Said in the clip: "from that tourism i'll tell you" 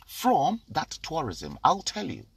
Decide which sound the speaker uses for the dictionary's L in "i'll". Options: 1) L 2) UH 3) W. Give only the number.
1